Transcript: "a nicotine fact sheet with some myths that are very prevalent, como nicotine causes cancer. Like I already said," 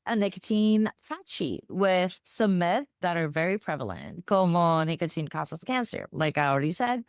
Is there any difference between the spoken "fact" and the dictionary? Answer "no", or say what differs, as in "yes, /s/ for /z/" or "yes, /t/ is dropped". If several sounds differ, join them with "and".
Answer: yes, /k/ is dropped